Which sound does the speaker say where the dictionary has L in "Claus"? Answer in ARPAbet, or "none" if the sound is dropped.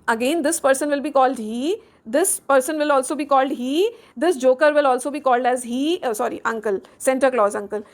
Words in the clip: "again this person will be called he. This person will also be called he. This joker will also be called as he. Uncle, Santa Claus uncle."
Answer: L